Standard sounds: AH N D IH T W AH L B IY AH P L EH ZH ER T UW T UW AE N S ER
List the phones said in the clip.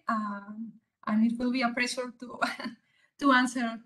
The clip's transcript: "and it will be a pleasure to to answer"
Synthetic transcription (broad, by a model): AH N IH T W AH L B IY AH P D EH S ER T UW T UW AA N S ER